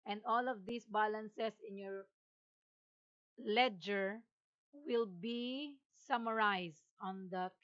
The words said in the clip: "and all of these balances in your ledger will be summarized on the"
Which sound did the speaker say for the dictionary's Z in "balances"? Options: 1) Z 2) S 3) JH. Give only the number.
2